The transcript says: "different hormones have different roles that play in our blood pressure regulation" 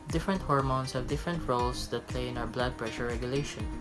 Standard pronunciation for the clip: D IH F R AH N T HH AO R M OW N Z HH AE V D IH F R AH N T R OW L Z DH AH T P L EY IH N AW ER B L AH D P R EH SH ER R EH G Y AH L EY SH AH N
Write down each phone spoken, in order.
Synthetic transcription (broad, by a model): D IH F R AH N T HH AO R M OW N S HH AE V D IH F R AH N T R OW L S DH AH T P L EY IH N AW ER B L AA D P R EH SH ER R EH G Y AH L EY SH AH N